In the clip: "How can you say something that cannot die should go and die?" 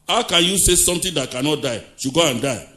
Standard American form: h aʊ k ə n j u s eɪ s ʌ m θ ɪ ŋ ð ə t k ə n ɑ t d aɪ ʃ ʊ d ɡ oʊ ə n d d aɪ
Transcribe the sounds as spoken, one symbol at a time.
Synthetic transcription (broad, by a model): h aʊ k ə n j u s eɪ s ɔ m t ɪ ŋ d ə t k ə n ɑ t d aɪ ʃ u ɡ oʊ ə n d d aɪ